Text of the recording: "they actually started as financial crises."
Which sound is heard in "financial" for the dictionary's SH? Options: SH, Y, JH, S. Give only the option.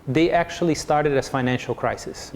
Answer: SH